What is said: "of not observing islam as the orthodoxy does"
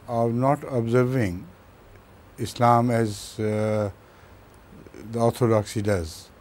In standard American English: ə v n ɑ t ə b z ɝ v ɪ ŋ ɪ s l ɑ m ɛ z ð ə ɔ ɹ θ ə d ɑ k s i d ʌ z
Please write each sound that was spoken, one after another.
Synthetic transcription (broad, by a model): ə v n ɑ t ə b z ɝ v ɪ ŋ ɪ s l ɑ m ɛ z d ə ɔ ɹ t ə d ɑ k s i d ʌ z